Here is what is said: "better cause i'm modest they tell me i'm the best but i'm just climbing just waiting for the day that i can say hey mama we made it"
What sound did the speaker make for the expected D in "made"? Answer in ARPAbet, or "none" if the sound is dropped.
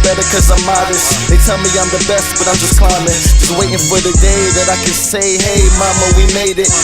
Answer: D